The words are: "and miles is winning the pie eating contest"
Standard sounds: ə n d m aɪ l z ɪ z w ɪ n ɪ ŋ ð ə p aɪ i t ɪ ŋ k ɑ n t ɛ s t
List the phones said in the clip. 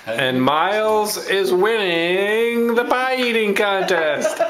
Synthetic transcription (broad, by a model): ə n m aɪ l z ɪ z w ɪ n ɪ ŋ ð ə b aɪ i t ɪ ŋ k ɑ n t ɛ s t